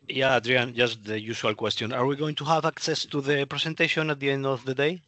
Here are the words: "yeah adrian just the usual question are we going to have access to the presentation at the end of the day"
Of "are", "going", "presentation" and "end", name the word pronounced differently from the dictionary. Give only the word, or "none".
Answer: presentation